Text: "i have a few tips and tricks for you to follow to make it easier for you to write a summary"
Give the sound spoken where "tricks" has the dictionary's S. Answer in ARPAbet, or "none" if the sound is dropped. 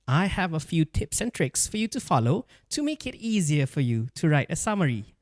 S